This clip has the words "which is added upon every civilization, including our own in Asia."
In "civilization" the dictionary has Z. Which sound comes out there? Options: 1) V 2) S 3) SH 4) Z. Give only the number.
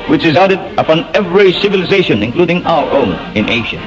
4